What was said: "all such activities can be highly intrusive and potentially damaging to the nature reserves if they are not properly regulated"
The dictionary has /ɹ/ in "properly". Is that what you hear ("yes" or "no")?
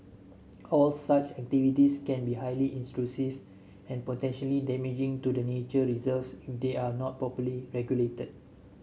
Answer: no